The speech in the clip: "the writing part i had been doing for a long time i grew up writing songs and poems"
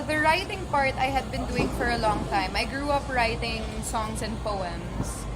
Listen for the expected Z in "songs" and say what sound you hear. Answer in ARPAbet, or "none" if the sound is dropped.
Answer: S